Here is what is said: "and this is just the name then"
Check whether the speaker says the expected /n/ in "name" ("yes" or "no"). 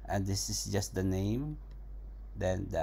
yes